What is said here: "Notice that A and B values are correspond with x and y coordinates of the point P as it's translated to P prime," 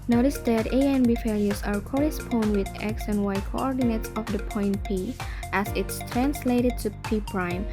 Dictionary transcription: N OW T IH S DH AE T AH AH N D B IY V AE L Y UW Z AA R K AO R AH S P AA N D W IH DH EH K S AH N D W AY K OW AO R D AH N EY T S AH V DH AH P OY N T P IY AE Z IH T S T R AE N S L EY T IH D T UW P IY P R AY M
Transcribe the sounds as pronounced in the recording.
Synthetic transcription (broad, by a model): N OW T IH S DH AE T AH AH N B IY F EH L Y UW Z AA R K AO R AH S P AA N D W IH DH EH K S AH N W AY K OW AO R D AH N EY T S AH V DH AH P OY N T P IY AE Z IH T S T R AE N S L EY T IH D T UW P IY P R AY M